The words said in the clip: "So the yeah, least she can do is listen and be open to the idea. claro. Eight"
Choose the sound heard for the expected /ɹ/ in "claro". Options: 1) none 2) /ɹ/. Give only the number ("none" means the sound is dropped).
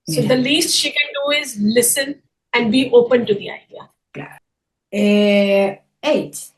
1